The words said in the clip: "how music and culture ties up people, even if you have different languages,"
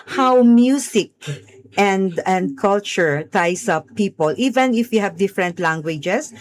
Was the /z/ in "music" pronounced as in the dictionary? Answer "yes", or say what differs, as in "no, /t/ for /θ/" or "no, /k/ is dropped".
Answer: no, /s/ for /z/